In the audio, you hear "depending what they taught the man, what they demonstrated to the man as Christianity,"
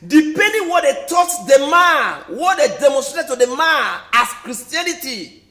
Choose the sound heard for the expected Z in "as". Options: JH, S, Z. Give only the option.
S